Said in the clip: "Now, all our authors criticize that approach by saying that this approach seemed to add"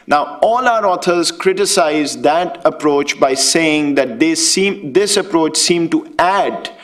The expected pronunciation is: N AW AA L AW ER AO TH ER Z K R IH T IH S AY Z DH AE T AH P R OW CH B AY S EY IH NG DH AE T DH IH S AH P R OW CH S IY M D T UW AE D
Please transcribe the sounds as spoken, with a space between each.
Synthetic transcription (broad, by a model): N AW AA L AW ER AO T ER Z K R IH T IH S AY Z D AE T AH P R OW CH B AY S EY IH NG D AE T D IH S AH P R OW CH S IY M T UW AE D